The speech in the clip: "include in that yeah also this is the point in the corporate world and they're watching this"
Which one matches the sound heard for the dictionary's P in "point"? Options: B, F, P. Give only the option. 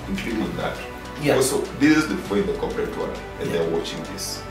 F